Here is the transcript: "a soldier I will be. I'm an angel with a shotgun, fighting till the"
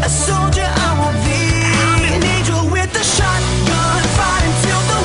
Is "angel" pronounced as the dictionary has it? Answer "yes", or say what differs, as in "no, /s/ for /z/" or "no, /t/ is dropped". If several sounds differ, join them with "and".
no, /n/ is dropped